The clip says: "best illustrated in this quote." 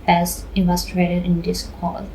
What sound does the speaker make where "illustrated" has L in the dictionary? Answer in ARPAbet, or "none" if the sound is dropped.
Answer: none